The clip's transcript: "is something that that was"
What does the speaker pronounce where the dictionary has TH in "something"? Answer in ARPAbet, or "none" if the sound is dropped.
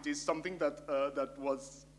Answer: T